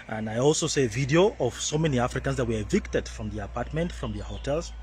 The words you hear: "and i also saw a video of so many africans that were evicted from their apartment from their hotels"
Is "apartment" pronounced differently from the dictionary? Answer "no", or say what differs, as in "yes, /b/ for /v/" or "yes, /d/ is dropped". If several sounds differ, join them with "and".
no